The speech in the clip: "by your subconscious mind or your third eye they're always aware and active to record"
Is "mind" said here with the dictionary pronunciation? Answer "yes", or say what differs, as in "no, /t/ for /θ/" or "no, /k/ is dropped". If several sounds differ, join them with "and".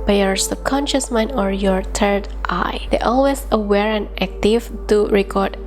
no, /d/ is dropped